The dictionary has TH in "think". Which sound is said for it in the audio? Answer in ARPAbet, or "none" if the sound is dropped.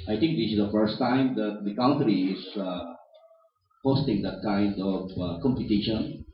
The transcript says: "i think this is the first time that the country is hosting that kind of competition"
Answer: T